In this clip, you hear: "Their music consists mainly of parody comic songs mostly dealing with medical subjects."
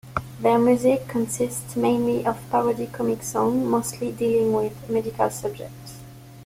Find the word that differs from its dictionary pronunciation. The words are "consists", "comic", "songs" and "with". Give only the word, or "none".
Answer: songs